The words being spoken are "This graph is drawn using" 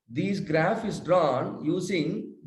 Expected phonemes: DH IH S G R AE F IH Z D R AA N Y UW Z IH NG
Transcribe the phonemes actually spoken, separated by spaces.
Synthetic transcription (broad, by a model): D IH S G R AE F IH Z D R AA N Y UW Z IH NG